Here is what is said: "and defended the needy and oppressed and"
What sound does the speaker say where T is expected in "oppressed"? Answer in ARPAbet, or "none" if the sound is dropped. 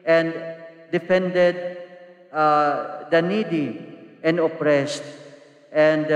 T